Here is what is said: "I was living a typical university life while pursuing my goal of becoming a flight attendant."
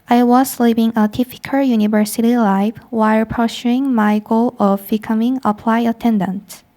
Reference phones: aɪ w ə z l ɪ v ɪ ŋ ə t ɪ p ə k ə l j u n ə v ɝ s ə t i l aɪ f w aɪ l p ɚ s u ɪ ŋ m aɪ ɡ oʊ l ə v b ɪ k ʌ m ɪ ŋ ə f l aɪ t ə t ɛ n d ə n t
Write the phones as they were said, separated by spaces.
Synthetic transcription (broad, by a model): aɪ w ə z l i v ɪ ŋ ə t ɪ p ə k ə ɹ j u n ə v ɝ s ə t i l aɪ f w aɪ l p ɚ ʃ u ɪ ŋ m aɪ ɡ oʊ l ə v b ɪ k ʌ m ɪ ŋ ə p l aɪ ə t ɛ n d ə n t